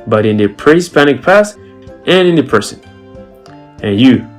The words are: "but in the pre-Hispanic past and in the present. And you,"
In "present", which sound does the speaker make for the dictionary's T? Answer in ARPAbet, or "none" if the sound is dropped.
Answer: none